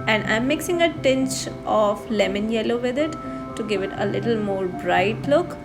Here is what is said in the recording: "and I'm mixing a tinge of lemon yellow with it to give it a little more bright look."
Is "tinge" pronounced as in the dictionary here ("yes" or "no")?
no